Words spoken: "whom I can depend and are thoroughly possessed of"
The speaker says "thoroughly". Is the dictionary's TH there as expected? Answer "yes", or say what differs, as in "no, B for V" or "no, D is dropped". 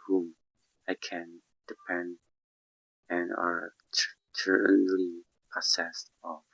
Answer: no, T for TH